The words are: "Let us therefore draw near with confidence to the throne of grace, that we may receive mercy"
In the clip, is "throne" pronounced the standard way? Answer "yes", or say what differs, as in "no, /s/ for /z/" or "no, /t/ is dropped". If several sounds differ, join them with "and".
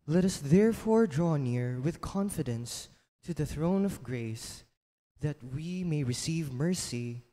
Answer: yes